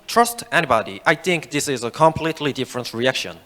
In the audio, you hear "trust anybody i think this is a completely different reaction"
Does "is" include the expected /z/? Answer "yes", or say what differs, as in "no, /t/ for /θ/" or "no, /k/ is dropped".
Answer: yes